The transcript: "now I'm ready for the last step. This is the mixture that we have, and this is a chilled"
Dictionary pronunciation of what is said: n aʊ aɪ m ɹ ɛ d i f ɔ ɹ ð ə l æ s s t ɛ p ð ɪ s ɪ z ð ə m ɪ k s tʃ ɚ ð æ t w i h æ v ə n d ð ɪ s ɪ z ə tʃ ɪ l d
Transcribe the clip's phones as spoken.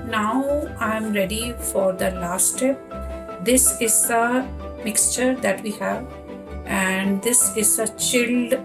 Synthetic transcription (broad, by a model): n aʊ aɪ m ɹ ɛ d i f ɔ ɹ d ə l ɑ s s t ɛ p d ɪ s ɪ z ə m ɪ k s tʃ ɚ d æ t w i h æ v ə n d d ɪ s ɪ z ə tʃ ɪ l d